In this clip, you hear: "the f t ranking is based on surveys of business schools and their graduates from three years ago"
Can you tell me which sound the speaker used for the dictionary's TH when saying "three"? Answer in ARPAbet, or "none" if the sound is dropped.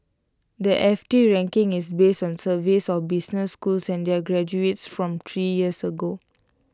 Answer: T